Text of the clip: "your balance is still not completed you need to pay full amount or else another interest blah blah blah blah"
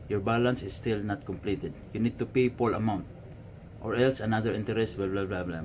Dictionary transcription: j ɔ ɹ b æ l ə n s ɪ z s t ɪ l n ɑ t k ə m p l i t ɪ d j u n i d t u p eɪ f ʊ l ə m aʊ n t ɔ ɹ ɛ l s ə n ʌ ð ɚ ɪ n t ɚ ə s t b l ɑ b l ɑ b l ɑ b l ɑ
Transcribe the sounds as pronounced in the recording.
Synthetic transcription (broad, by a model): j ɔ ɹ b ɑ l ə n s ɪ s t ɪ l n ɑ t k ə m p l i t ɪ d j u n i d t u p eɪ p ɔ l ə m aʊ n t ɔ ɹ ɛ l s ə n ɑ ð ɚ ɪ n t ɚ ə s t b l b l ɑ b l ɑ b l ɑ